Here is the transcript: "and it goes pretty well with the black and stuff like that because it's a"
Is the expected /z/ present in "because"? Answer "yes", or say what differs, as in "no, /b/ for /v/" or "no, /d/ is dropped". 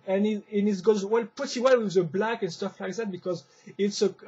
yes